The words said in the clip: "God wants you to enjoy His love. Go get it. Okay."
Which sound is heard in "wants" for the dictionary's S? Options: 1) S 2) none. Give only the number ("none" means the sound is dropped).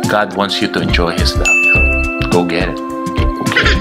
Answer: 1